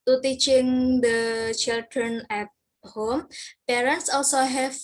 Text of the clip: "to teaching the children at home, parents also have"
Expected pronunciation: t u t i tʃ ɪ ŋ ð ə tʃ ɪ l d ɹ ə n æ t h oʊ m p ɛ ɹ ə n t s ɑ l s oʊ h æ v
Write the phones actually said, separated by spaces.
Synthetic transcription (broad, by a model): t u t i tʃ ɪ ŋ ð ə tʃ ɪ l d ɹ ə n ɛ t h oʊ m p ɛ ɹ ə n t s ɑ l s oʊ h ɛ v